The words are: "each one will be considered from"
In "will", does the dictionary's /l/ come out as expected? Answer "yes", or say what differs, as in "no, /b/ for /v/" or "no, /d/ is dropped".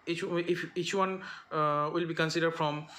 yes